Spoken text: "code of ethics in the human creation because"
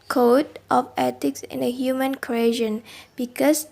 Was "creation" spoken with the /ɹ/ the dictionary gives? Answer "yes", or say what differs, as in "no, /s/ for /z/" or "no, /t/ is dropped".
no, /ɹ/ is dropped